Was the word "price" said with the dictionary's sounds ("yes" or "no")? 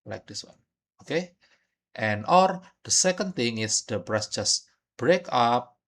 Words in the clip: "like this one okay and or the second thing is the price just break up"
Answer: no